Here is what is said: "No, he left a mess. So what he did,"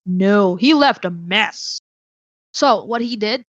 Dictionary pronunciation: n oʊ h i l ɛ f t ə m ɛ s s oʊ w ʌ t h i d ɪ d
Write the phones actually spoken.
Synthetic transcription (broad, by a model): n oʊ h i l ɛ f t ə m ɛ s s oʊ w ʌ t h i d ɪ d